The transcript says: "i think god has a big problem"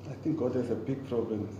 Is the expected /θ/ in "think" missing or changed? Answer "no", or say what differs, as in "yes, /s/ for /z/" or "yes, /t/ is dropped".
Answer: yes, /t/ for /θ/